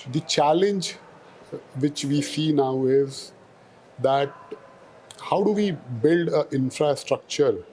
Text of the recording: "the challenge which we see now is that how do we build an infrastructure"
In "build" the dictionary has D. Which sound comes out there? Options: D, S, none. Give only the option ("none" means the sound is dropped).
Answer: D